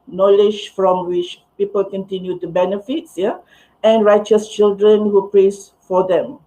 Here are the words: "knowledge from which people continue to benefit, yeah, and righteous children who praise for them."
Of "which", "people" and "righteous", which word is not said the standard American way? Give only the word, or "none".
none